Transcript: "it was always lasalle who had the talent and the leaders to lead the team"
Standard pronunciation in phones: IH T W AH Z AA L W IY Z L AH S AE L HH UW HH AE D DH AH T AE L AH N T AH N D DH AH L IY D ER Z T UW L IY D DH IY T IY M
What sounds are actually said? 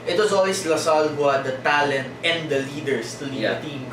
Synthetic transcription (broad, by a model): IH T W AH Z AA L W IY S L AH S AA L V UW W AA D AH T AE L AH N T AH N D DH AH L IY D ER S T UW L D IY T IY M